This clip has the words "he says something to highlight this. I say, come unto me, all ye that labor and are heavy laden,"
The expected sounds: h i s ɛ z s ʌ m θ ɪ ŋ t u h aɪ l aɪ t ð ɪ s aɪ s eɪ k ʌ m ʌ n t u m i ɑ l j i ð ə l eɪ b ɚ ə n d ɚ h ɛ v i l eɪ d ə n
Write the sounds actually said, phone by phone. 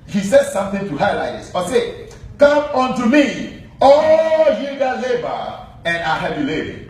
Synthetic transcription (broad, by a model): h i s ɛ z s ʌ m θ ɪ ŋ t u h aɪ l aɪ t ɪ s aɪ s eɪ k ʌ m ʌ n t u m i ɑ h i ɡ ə l eɪ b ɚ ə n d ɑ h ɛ b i l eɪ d